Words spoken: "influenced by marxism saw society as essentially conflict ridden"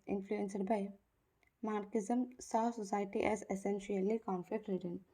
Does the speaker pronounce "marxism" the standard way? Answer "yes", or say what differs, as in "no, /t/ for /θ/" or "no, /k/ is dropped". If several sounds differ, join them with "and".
no, /s/ is dropped